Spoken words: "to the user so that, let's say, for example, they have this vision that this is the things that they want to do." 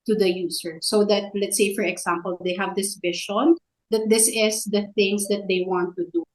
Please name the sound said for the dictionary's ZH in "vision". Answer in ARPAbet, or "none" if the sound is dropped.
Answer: SH